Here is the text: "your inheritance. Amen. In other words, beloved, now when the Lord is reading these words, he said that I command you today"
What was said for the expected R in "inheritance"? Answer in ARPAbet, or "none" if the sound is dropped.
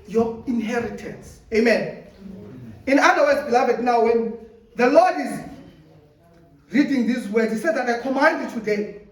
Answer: R